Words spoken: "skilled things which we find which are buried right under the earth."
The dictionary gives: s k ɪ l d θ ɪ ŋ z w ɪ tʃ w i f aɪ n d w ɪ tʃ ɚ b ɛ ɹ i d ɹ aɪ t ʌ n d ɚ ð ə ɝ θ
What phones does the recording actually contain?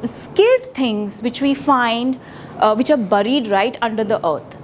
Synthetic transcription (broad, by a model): s k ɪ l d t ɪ ŋ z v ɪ tʃ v i f aɪ n d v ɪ tʃ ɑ b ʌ ɹ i d ɹ aɪ t ʌ n d ɚ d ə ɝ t